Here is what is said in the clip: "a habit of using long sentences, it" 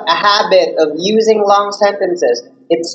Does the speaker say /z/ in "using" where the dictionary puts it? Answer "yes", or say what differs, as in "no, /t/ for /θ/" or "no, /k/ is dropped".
yes